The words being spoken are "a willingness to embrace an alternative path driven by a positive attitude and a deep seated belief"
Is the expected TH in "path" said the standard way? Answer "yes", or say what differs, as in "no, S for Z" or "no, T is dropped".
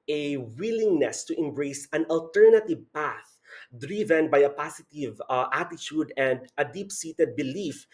yes